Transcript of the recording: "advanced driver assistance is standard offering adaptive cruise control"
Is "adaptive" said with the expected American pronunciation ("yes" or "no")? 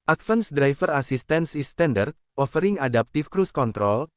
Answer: no